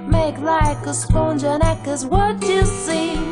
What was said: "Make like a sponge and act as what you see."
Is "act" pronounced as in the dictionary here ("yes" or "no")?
no